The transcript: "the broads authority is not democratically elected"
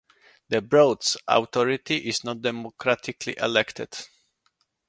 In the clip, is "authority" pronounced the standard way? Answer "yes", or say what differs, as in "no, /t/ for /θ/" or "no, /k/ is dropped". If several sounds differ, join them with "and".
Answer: no, /t/ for /θ/